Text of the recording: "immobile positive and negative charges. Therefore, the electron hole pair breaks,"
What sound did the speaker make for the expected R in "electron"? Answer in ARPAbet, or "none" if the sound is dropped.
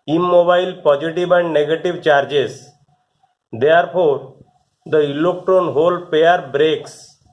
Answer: none